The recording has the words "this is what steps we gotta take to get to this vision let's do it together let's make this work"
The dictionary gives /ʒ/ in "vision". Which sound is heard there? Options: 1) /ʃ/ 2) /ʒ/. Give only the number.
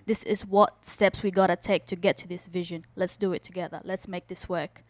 2